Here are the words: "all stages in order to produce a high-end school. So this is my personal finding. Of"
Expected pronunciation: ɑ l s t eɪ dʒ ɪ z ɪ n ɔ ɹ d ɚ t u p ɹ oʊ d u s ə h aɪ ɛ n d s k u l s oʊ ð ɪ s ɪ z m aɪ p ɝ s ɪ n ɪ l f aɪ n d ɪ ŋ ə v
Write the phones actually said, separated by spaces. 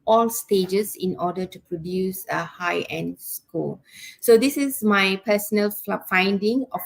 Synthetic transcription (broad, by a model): ɑ l s t eɪ dʒ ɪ s ɪ n ɔ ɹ d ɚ t u p ɹ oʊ d u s ə h aɪ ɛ n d s k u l s oʊ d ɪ s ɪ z m aɪ p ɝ s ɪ n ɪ l f aɪ n d ɪ ŋ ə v